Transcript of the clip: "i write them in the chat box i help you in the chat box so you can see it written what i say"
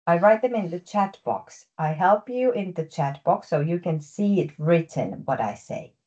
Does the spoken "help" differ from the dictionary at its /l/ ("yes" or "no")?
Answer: no